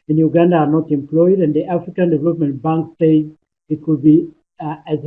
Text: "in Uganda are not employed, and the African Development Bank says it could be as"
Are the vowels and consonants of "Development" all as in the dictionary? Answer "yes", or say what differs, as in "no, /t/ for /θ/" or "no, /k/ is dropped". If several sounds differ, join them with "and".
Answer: yes